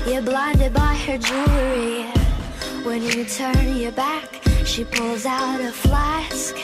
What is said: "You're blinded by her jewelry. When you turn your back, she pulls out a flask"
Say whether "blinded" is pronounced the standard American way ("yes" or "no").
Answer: yes